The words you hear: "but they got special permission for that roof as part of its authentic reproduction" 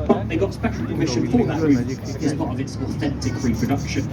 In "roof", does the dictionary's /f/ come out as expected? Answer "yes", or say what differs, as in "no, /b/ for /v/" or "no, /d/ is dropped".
no, /f/ is dropped